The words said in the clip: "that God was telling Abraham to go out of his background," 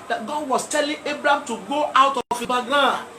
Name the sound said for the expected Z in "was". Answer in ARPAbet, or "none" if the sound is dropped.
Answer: S